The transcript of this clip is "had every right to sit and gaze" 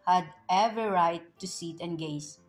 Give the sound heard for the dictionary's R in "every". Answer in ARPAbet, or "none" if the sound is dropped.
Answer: none